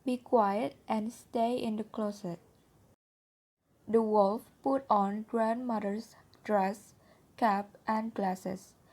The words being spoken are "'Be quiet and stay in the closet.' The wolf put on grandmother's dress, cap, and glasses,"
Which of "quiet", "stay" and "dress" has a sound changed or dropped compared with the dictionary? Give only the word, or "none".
none